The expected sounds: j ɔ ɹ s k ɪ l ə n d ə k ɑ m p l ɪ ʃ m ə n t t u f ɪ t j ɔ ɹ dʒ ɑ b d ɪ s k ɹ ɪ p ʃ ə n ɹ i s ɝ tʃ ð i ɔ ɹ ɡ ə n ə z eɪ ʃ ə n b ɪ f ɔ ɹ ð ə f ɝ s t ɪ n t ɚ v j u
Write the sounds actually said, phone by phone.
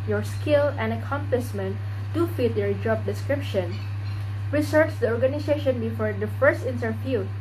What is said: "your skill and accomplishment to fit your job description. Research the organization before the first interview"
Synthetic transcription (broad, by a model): j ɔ ɹ s k ɪ l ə n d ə k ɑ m p l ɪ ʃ m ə n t t u f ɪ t j ɔ ɹ dʒ ɑ b d ɪ s k ɹ ɪ p ʃ ə n ɹ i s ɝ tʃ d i ɔ ɹ ɡ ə n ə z eɪ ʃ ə n b ɪ f ɔ ɹ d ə f ɝ s t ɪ n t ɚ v j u